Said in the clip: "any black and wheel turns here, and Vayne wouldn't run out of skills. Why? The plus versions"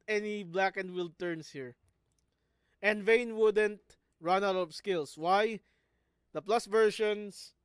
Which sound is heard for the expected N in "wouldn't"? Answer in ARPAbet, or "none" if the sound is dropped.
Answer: N